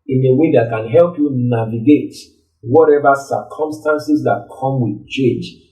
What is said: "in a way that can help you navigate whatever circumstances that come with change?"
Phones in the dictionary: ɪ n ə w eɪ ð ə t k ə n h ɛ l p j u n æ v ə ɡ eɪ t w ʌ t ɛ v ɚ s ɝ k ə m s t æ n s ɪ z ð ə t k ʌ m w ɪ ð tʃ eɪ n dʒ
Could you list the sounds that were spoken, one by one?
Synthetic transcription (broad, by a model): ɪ n ə w eɪ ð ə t k ə n h ɛ l p j u n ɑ v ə ɡ eɪ t w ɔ t ɛ v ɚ s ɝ k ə m s t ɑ n s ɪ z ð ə t k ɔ m w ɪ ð tʃ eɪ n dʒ